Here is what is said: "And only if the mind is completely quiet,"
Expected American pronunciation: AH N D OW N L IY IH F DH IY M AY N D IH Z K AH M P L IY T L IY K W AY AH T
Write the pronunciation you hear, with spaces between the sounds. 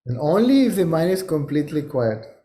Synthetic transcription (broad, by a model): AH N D OW N L IY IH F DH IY M AY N IH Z K AH M P L IY T L IY K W AY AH T